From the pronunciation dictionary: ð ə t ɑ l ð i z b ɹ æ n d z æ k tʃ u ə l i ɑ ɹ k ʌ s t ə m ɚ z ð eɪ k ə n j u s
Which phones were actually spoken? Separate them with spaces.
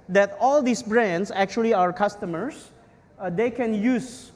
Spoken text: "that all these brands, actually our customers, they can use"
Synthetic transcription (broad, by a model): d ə t ɑ l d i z b ɹ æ n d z æ k tʃ u ə l i ɑ ɹ k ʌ s t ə m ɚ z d eɪ k ə n j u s